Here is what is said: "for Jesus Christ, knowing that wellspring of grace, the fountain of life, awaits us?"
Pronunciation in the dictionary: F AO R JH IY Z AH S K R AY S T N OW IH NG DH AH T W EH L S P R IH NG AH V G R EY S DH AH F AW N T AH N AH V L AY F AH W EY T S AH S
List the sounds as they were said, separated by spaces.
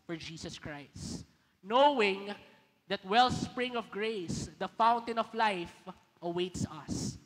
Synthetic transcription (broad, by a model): F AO R JH IY S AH S K R AY S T N OW IH NG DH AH T W EH L S P R IH NG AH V G R EY S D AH F AW N T AH N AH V L AY F AH W EY T S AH S